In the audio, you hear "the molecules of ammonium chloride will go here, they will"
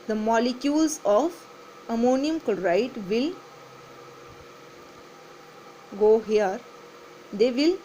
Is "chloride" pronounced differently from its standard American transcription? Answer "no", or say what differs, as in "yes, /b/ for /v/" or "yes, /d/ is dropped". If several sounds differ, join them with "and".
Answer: yes, /l/ is dropped